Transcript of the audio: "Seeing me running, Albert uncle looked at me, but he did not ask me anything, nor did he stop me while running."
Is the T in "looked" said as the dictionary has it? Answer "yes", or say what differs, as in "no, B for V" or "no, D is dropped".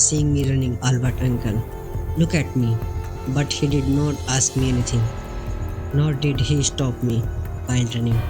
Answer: no, T is dropped